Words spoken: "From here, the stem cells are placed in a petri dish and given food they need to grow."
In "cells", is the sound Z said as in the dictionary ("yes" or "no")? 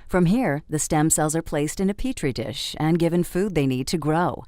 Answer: yes